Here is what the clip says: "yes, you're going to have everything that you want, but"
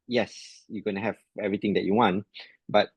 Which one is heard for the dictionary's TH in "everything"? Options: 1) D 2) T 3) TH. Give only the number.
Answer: 2